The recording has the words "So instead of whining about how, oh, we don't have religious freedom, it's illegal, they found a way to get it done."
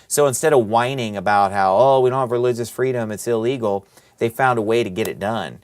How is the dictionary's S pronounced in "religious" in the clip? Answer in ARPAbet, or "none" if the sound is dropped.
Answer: S